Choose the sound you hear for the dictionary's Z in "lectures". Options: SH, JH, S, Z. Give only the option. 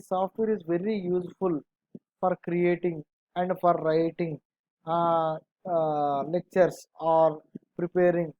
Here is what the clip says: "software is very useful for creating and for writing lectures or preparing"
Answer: S